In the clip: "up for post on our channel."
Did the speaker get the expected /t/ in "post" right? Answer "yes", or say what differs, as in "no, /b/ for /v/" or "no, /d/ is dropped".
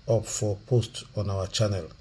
yes